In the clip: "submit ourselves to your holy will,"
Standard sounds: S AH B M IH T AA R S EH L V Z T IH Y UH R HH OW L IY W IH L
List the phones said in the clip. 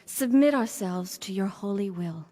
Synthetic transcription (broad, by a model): S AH B M IH T AA R S EH L V Z T IH Y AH R HH OW L IY W IH L